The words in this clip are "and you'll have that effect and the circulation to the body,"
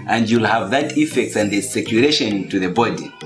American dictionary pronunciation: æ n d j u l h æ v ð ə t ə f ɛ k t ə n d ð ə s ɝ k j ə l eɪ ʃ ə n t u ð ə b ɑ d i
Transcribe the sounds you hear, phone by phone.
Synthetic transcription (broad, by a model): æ n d j u l h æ v ð ə t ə f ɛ k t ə n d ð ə s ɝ k j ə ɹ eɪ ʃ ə n t u ð ə b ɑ d i